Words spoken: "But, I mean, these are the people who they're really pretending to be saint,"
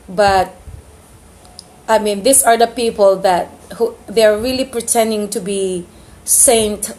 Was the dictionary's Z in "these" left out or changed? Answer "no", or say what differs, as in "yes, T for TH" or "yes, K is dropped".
yes, S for Z